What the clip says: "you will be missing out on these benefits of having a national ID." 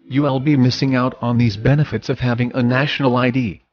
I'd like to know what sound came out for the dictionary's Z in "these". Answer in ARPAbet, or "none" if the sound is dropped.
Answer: Z